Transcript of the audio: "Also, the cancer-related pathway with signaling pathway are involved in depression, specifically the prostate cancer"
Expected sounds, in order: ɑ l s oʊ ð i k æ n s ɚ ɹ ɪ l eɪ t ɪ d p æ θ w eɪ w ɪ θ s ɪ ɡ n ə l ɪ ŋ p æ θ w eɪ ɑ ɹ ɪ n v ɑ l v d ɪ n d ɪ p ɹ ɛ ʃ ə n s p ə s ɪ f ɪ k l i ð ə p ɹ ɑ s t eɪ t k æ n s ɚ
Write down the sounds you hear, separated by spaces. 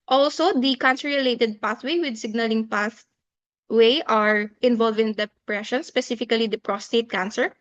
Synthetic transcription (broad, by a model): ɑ l s oʊ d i k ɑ n s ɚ ɹ ɪ l eɪ t ɪ d p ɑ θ w eɪ w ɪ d s ɪ ɡ n ə l ɪ ŋ p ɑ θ w eɪ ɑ ɹ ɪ n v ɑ l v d ɪ n d ɪ p ɹ ɛ ʃ ə n s p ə s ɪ f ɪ k l i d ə p ɹ ɑ s t eɪ t k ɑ n s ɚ